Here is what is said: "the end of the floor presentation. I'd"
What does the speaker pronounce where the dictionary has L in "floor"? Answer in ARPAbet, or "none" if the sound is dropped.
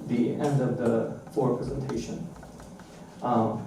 none